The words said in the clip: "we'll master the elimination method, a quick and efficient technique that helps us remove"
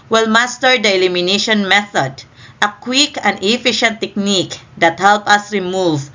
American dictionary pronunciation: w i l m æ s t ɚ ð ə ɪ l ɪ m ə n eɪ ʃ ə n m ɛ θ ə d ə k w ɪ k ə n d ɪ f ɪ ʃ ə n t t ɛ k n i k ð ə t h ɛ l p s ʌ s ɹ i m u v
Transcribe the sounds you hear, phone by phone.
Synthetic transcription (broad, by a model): w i l m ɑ s t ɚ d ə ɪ l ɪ m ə n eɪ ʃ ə n m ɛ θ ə d ə k w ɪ k ə n d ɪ f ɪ ʃ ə n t t ɛ k n i k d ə t h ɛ l p ʌ s ɹ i m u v